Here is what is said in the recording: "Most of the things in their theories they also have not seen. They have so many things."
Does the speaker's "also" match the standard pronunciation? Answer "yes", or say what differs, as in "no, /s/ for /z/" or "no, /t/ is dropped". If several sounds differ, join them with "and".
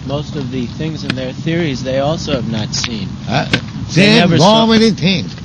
yes